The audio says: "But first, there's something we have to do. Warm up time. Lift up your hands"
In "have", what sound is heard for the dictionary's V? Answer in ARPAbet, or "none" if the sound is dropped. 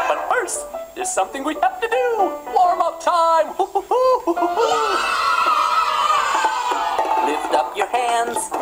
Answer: F